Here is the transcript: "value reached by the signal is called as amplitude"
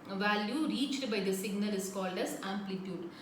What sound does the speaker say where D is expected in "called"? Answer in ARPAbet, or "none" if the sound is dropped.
D